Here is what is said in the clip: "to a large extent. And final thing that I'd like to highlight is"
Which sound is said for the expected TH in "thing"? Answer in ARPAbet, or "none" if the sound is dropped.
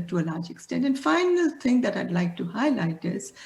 T